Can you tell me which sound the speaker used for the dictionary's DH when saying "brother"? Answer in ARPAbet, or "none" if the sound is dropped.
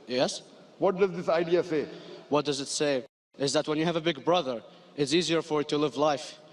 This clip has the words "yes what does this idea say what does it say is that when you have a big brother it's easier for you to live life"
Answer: DH